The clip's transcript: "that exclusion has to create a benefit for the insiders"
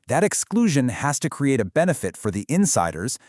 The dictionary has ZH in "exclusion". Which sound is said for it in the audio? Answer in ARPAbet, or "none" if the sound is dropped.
ZH